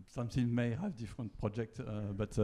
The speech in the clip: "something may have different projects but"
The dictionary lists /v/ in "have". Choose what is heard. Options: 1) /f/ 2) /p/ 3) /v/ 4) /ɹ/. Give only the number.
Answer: 3